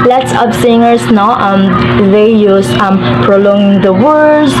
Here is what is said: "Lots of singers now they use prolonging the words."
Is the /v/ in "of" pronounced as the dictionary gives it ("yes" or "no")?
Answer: no